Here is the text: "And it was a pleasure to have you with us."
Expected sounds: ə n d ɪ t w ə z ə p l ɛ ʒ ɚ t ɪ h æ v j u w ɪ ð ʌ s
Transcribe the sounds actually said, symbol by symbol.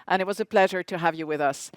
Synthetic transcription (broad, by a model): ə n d ɪ t w ə z ə p l ɛ ʒ ɚ t ɪ h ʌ v j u w ɪ ð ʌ s